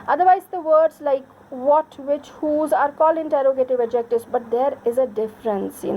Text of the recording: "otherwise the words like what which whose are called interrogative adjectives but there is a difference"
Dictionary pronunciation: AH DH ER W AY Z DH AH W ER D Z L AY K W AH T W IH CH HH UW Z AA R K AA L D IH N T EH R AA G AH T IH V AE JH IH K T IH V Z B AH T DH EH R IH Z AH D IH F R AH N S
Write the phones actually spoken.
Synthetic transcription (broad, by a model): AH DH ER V AY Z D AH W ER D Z L AY K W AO T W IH CH HH UW Z AA R K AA L IH N T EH R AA G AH T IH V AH JH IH K T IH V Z B AH T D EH R IH Z AH D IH F R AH N S